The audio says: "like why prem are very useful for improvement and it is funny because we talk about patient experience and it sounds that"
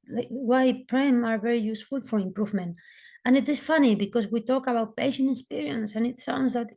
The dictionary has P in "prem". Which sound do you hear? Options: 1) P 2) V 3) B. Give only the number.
1